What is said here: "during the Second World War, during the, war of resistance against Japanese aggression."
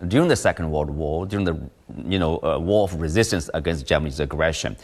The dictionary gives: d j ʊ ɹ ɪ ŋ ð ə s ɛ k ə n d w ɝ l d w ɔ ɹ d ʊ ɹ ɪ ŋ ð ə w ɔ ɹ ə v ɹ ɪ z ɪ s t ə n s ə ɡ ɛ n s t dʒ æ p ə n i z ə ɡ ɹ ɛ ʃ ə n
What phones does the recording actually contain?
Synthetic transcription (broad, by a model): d j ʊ ɹ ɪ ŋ ð ə s ɛ k ə n d w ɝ d w ɔ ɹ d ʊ ɹ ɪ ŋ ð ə w ɔ ɹ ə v ɹ ɪ z ɪ s t ə n s ə ɡ ɛ n s t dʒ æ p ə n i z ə ɡ ɹ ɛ ʃ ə n